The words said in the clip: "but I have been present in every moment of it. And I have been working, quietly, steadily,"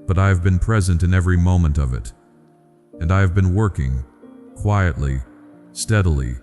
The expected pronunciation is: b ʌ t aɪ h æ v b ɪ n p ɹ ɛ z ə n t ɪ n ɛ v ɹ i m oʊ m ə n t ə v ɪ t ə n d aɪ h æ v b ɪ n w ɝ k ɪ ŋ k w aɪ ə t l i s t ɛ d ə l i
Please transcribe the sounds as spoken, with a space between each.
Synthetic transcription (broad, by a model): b ʌ t aɪ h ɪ v b ɪ n p ɹ ɛ z ə n t ɪ n ɛ v ɹ i m oʊ m ə n t ə v ɪ t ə n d aɪ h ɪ v b ɪ n w ɝ k ɪ ŋ k w aɪ ə t l i s t ɛ d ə l i